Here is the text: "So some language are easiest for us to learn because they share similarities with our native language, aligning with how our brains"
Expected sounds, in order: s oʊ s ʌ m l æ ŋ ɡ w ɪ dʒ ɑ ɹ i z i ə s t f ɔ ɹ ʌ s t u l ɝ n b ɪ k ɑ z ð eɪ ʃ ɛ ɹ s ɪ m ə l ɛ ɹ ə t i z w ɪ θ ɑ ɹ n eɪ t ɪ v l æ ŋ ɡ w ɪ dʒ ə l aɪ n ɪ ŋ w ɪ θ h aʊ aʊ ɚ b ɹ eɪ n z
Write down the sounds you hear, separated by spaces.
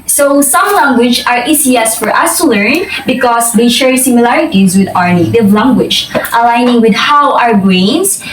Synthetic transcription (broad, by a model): s oʊ s ʌ m l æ ŋ ɡ w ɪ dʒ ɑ ɹ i s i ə s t f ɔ ɹ ʌ s t u l ɝ n b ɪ k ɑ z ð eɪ ʃ ɛ ɹ s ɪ m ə l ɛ ɹ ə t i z w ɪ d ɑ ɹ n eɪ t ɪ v l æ ŋ ɡ w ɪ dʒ ə l aɪ n ɪ ŋ w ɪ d h aʊ aʊ ɚ b ɹ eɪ n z